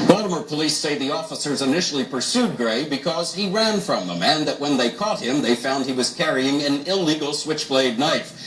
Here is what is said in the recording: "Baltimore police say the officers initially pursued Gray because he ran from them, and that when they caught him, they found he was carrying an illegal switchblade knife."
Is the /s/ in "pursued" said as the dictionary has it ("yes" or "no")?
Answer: yes